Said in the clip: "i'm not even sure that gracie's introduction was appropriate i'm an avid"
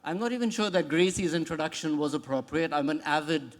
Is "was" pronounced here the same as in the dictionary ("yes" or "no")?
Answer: yes